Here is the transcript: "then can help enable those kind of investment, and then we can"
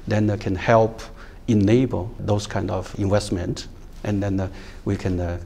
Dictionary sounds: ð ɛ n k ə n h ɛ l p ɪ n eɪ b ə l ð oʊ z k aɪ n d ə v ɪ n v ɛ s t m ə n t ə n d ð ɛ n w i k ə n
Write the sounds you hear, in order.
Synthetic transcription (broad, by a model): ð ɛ n k ə n h ɛ l p ɪ n eɪ b ə l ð oʊ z k aɪ n d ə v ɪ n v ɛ s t m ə n t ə n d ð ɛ n w i k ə n